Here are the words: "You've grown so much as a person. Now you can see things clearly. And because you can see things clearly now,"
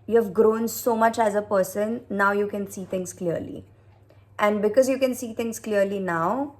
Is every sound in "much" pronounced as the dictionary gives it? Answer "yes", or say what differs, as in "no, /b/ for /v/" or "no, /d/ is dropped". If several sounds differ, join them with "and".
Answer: yes